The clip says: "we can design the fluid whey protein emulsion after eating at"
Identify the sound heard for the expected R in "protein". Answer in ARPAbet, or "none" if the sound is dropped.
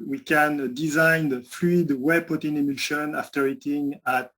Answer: none